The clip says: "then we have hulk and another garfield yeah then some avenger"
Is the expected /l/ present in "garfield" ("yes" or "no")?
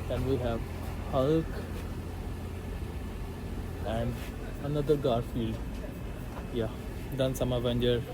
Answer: yes